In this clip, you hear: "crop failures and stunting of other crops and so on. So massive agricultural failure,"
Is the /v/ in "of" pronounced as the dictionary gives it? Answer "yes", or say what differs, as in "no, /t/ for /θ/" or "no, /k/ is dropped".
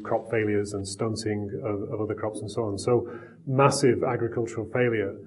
yes